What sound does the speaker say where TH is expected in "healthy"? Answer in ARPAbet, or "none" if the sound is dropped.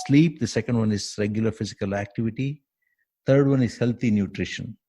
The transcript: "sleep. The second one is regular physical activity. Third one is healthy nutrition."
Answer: T